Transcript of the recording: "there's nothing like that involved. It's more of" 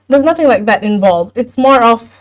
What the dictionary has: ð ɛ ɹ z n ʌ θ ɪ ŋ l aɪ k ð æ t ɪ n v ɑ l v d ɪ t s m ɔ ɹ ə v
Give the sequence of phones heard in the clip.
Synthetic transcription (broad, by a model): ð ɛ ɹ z n ʌ θ ɪ ŋ l aɪ k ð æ t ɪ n v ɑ l v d ɪ t s m ɔ ɹ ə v